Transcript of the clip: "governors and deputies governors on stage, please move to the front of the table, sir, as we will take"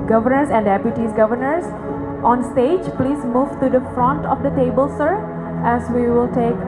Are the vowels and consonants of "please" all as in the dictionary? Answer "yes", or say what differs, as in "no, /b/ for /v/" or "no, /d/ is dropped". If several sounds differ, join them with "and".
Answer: yes